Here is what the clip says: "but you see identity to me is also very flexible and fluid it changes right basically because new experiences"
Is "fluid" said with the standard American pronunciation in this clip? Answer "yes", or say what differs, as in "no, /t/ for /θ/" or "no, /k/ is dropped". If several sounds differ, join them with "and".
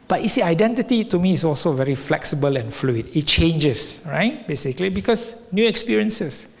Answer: yes